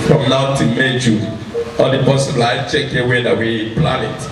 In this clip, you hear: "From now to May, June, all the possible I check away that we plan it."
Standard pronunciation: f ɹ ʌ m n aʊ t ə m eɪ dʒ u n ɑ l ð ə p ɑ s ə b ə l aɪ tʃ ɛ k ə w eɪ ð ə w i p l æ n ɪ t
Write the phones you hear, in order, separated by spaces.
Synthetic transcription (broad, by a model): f ɹ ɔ m n aʊ t ə m eɪ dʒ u ɑ l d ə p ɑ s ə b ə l aɪ tʃ ɛ k ə w eɪ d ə w i p l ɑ n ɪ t